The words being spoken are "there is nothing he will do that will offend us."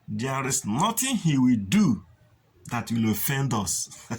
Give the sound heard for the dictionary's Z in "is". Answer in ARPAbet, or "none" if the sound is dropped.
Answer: S